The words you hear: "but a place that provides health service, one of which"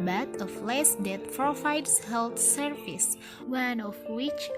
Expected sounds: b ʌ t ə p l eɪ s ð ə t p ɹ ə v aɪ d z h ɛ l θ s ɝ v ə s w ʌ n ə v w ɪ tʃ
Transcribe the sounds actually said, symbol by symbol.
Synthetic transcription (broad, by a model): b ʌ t ə f l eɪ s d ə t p ɹ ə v aɪ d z h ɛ l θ s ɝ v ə s w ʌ n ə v w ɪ tʃ